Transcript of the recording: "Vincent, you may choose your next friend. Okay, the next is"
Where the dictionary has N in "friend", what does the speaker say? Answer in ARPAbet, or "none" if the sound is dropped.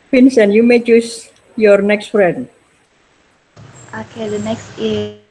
none